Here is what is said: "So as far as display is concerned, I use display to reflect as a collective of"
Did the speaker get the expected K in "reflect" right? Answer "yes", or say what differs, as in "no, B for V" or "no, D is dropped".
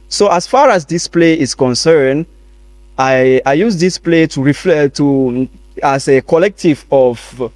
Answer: no, K is dropped